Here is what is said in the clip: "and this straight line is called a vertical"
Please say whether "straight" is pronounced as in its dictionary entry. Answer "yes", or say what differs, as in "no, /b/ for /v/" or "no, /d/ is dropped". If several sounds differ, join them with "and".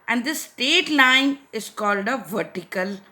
no, /ɹ/ is dropped